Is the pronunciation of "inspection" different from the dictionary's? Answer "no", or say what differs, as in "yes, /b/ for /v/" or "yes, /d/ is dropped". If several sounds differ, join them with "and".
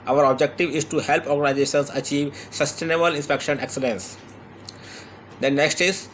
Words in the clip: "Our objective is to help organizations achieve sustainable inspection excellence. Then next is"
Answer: no